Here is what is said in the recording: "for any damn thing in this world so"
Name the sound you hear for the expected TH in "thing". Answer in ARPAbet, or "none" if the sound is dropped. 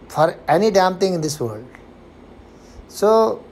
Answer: T